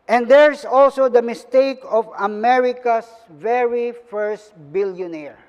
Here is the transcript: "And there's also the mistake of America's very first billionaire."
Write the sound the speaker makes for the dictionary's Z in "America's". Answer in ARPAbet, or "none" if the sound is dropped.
S